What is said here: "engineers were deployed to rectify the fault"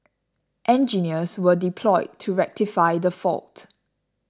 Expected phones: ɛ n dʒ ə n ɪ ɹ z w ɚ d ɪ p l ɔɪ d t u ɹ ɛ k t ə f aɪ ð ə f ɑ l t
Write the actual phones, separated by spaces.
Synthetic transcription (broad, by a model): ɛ n dʒ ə n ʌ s w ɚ d ɪ p l ɔɪ d t u ɹ ɛ k t ə f aɪ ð ə f ɑ l t